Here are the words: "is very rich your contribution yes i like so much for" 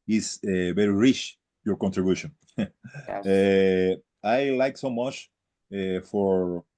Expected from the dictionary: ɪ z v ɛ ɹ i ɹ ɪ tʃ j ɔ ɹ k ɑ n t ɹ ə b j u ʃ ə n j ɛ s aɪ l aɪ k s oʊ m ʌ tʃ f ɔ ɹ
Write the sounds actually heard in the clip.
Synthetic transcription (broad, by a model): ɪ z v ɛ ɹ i ɹ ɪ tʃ j ɔ ɹ k ɑ n t ɹ ə b j u ʃ ə n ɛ aɪ l aɪ k s oʊ m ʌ tʃ f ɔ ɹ